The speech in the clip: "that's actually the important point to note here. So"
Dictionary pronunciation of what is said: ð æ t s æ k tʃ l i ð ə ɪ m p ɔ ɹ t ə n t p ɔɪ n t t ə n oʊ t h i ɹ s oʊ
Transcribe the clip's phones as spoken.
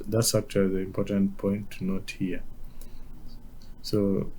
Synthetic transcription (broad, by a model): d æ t s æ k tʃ i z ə ɪ m p ɔ ɹ t ə n t p ɔɪ n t t n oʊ t h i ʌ s oʊ